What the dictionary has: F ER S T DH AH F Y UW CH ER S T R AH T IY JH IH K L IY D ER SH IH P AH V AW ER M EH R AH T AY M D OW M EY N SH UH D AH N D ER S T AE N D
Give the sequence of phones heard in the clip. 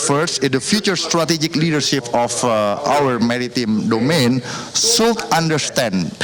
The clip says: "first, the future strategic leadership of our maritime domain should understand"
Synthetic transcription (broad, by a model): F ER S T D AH F Y UW CH ER S T R AH T IY JH IH K L IY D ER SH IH P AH F AW ER M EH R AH T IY M D OW M EY N S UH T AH N D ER S T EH N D